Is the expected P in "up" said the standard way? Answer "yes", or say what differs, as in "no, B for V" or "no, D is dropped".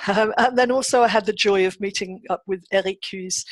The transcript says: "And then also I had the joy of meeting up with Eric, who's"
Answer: yes